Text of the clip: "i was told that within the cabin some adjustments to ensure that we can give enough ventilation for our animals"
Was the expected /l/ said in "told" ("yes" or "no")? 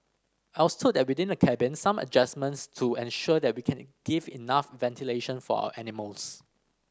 no